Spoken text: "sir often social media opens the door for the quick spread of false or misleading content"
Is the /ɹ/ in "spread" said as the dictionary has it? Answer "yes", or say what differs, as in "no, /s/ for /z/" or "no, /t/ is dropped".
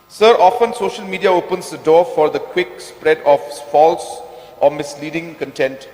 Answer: yes